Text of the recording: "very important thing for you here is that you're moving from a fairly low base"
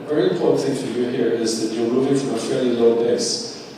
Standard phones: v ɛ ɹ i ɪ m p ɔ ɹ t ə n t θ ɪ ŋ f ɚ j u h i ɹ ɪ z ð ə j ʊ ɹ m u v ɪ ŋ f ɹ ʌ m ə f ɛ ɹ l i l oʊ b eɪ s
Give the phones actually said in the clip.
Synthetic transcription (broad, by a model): v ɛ ɹ i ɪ m p ɔ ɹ t n θ ɪ ŋ f ɚ j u h i ɹ ɪ z ð ə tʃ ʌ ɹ m u v ɪ ŋ f ɹ ʌ m ə f ɛ ɹ l i l oʊ b eɪ s